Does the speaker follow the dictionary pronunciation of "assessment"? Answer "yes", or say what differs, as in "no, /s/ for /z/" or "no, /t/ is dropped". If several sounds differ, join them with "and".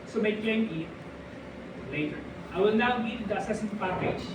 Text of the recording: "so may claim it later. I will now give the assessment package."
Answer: no, /m/ is dropped